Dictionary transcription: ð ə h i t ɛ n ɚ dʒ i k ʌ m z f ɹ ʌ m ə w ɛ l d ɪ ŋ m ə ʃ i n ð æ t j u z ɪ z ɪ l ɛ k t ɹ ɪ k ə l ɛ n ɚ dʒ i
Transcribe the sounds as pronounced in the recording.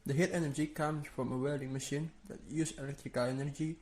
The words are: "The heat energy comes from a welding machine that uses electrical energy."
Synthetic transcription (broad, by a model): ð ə h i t ɛ n ɚ dʒ i k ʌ m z f ɹ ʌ m ə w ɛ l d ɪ ŋ m ə ʃ i n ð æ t j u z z ɪ l ɛ k t ɹ ɪ k ə l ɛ n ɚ dʒ i